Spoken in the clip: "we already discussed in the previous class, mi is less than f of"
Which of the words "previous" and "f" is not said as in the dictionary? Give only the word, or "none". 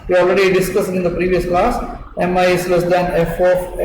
none